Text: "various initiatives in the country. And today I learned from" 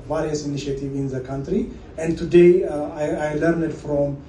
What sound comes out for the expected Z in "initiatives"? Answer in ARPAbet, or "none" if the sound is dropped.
none